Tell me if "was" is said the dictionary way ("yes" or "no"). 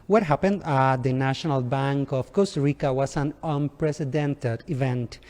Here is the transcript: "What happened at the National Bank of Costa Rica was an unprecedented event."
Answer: no